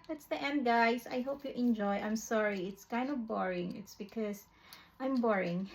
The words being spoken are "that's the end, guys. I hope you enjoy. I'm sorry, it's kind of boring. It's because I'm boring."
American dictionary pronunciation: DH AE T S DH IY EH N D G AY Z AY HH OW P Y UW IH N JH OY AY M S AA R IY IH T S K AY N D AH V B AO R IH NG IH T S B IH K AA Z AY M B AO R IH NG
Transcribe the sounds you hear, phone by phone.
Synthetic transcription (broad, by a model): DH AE T S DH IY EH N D G AY S AY HH OW P Y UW IH N JH OY AY M S AA R IY IH T S K AY N D AH V B AO R IH NG IH T S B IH K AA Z AY M B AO R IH NG